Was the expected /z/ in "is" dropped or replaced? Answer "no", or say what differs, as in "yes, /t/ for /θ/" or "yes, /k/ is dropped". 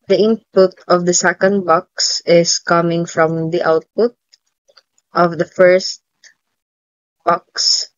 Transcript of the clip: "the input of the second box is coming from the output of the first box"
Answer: yes, /s/ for /z/